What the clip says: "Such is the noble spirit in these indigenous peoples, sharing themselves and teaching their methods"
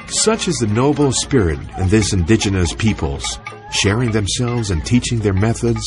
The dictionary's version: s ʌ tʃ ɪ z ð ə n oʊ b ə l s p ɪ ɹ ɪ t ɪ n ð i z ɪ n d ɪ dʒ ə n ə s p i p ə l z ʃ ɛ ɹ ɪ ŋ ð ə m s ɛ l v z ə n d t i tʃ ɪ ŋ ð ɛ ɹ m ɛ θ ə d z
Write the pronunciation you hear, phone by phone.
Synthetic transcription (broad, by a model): s ʌ tʃ ɪ z ð ə n oʊ b l s p ɪ ɹ ɪ t ɪ n ð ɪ s ɪ n d ɪ dʒ ə n ə s p i p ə l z ʃ ɛ ɹ ɪ ŋ ð ə m s ɛ l v z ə n t i tʃ ɪ ŋ ð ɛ ɹ m ɛ θ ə d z